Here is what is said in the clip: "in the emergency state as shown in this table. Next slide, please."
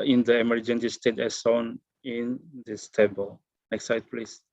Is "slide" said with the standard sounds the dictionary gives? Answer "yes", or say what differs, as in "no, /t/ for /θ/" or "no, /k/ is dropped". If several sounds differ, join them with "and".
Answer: no, /l/ is dropped